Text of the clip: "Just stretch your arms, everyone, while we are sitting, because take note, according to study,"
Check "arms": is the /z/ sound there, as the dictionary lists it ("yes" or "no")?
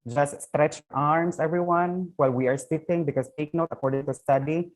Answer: no